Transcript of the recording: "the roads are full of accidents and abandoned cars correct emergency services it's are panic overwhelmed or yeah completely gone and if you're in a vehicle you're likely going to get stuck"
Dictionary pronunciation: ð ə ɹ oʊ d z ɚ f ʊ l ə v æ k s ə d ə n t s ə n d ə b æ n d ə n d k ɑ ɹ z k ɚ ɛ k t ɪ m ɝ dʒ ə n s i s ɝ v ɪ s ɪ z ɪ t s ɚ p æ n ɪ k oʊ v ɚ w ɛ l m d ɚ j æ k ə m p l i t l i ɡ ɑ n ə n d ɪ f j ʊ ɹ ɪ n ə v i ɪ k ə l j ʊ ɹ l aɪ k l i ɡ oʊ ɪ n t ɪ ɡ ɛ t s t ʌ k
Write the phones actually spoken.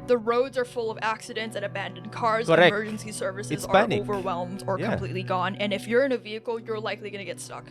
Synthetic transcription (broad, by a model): ð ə ɹ oʊ d z ɚ f ʊ l ə v æ k s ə d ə n t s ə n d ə b æ n d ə n k ɑ ɹ z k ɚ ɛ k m ɝ dʒ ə n s i s ɝ v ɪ s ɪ z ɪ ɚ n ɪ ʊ v ɚ w ɛ l m d ɚ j k ə m p l i t l i ɡ ɑ n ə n ɪ f j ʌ ɹ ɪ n ə v i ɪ k l j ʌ ɹ l aɪ k l i ɡ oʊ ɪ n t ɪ ɡ ɛ t s t ʌ k